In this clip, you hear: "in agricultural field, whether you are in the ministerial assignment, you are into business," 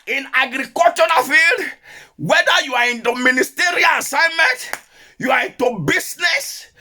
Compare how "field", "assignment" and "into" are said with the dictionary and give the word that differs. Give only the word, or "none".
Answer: none